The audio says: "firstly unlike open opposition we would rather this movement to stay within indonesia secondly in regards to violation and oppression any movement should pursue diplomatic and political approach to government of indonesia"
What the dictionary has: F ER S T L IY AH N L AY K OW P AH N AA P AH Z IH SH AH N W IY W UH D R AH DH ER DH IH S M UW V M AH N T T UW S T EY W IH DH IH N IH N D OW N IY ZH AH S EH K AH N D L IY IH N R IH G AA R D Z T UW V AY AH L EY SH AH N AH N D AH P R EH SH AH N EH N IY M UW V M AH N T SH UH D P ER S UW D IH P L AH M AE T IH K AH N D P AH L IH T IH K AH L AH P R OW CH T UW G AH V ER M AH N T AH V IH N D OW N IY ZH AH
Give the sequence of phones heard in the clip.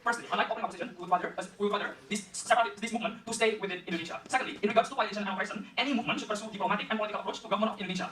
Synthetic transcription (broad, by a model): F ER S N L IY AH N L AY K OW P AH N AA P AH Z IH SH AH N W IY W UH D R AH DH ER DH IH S M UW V M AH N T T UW S T EY W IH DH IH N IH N D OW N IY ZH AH S EH K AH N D L IY IH N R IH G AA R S T UW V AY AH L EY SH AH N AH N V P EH S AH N EH N IY M UW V M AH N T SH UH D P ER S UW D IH P L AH M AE T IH K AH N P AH L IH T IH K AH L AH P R OW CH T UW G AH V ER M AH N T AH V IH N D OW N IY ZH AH